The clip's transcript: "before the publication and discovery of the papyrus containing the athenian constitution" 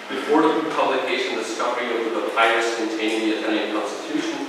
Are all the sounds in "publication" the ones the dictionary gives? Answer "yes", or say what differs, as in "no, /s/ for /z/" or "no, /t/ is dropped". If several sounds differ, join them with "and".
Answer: no, /ʃ/ is dropped